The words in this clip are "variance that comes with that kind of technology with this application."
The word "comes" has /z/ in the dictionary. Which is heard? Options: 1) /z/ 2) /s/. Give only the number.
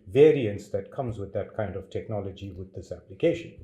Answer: 1